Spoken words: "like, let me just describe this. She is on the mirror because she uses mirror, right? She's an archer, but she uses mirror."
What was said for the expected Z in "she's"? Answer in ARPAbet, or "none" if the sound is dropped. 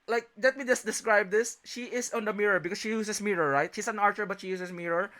S